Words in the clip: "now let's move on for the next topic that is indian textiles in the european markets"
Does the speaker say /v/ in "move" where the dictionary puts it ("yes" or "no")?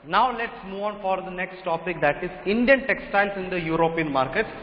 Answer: no